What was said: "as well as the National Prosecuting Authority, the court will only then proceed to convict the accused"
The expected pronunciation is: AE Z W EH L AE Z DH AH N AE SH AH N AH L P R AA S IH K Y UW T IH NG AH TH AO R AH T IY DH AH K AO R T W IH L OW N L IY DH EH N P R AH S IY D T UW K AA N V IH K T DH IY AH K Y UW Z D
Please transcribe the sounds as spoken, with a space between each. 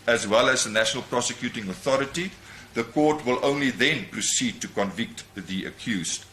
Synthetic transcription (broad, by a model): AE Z W EH L AE Z DH AH N AE SH AH N AH L P R AA S IH K Y UW T IH NG AH TH AO R AH T IY DH AH K AO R T W IH L OW N L IY DH EH N P R AH S IY D T UW K AA N V IH K T DH IY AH K Y UW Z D